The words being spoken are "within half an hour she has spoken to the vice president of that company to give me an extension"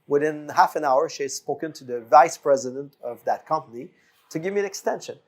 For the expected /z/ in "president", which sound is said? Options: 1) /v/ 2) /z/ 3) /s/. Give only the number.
2